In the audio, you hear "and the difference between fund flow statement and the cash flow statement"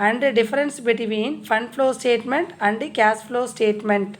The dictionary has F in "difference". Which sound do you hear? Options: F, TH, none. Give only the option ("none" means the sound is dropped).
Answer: none